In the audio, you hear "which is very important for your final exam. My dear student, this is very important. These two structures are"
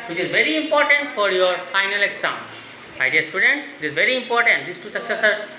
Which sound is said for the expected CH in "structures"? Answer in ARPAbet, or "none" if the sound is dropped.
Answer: S